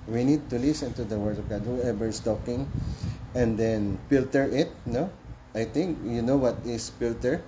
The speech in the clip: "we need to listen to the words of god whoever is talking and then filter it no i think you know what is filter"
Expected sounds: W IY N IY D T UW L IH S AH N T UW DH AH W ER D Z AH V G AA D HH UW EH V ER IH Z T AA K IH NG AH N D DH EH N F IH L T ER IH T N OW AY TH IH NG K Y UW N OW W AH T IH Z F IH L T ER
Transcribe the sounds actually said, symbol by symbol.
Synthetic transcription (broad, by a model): W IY N IY D T UW L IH S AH N T UW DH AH W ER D AH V G AA D HH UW EH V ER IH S T AA K IH NG AH N D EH N F IH L T ER IH T N OW AY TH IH NG K Y UW N OW W AH T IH S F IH L T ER